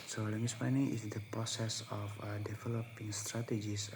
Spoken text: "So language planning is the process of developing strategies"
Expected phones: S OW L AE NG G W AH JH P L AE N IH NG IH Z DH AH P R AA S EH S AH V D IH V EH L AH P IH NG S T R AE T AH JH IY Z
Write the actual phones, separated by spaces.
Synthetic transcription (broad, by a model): S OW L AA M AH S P AA N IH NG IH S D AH P R AA S EH S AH F D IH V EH L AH P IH NG S T R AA T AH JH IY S